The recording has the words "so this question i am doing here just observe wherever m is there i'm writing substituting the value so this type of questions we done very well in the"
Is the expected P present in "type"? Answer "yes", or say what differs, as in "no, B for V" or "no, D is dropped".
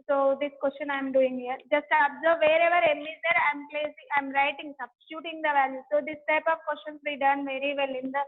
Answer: yes